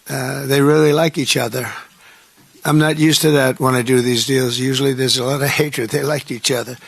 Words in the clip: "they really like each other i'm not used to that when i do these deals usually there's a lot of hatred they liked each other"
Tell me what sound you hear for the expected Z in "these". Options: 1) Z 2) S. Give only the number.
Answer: 1